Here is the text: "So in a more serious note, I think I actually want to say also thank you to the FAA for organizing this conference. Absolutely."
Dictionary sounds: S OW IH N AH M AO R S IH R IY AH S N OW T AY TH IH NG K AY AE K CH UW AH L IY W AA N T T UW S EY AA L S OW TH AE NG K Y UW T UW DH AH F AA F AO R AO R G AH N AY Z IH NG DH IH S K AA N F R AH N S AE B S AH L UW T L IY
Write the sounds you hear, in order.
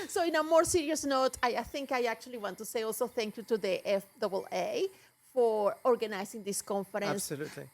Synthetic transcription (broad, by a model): S OW IH N AH M AO R S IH R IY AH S N OW T AY TH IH NG K AY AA K CH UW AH L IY W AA N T T UW S EY AA L S OW TH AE NG K Y UW T UW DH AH F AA F AO R AO R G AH N AY S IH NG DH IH S K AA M F R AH N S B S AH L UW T L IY